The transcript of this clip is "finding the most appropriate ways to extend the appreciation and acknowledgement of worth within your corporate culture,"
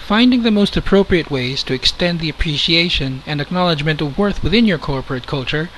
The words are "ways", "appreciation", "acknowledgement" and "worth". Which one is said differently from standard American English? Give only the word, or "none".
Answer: none